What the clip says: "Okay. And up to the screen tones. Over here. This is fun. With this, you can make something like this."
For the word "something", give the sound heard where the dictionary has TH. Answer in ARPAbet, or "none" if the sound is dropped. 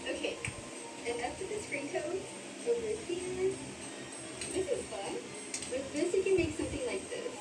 TH